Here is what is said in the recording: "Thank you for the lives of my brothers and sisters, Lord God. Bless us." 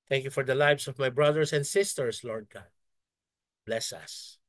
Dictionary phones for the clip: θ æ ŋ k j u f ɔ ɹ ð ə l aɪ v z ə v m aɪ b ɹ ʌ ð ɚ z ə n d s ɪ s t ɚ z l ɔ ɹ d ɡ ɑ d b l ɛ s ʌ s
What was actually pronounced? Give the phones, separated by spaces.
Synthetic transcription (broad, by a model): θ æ ŋ k j u f ɔ ɹ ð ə l aɪ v s ə v m aɪ b ɹ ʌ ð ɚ s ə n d s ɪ s t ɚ s l ɔ ɹ d ɡ ɑ d b l ɛ s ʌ s